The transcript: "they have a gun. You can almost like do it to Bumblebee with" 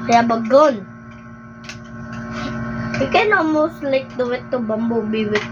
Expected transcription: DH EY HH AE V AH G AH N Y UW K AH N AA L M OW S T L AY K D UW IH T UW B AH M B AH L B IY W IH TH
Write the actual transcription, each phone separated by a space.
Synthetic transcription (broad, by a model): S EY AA B AH G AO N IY K AH N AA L M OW S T L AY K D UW IH T UW B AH M B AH B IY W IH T